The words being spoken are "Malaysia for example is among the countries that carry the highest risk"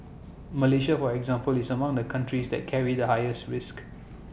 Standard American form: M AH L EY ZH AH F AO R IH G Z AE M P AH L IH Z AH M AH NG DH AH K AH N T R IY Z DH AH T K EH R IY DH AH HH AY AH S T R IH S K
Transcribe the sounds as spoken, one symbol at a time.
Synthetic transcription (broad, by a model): M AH L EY SH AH F AO R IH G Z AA M P AH L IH S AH M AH NG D AH K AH N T R IY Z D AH T K EH R IY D AH HH AY AH S T R IH S K